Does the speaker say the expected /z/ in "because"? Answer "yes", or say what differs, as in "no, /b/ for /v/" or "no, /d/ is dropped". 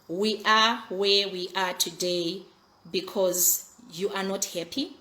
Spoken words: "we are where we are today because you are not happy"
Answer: yes